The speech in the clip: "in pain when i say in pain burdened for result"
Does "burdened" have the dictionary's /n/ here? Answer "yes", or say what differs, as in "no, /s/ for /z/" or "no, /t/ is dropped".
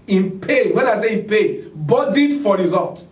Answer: no, /n/ is dropped